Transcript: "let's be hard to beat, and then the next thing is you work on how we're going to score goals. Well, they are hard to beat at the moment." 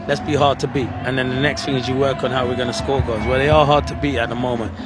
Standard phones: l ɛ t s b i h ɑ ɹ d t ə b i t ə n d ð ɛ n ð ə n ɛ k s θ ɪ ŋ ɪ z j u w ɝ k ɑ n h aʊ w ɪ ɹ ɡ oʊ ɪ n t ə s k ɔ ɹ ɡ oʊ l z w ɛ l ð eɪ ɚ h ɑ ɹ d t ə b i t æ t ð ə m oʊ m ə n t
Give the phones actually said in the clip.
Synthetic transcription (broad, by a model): l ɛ t s b i h ɑ ɹ d t ə b i t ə n ð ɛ n ð ə n ɛ k s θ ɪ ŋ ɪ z j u w ɝ k n h aʊ w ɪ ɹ ɡ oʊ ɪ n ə s k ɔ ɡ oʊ z w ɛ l ð eɪ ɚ h ɑ ɹ d t ə b i t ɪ t ð ə m oʊ m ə n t